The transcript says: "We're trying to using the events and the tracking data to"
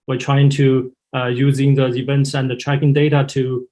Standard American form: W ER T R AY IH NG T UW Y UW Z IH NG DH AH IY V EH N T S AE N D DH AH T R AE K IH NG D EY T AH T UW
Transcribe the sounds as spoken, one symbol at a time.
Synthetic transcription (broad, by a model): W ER T R AY IH NG T UW Y UW Z IH NG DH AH IY V EH N T S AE N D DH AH T R AE K IH NG D EY T AH T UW